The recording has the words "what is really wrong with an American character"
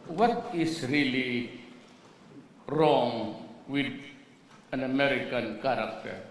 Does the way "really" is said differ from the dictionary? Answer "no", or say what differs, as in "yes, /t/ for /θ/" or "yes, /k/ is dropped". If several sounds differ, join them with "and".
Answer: no